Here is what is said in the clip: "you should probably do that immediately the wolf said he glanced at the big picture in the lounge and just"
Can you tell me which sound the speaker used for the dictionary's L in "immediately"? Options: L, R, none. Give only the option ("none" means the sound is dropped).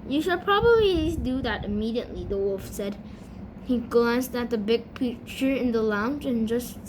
L